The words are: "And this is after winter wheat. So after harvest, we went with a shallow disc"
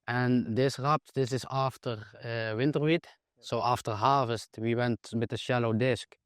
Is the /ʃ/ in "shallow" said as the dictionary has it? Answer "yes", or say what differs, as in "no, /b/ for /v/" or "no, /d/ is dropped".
yes